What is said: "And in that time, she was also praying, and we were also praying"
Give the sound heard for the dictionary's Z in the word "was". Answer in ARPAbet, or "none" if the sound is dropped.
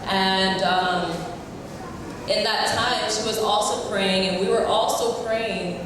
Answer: Z